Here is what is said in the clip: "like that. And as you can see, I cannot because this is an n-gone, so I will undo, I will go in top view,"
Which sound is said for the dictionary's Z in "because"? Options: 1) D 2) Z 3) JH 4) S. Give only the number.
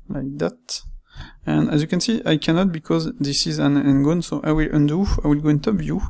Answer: 2